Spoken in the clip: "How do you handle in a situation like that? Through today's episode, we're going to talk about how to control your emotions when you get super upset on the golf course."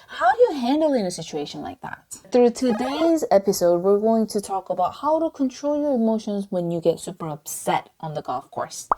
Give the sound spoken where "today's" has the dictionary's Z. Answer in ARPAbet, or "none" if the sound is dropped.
Z